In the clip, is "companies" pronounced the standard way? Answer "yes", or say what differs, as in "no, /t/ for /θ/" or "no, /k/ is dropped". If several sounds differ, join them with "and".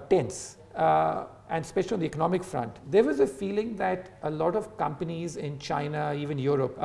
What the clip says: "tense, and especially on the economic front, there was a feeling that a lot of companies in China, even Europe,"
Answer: yes